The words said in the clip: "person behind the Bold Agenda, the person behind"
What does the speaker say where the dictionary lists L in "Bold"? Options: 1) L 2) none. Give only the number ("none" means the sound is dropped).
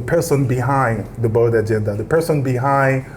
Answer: 2